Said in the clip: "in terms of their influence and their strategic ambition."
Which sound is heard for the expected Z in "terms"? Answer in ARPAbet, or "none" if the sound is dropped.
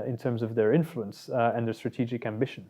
Z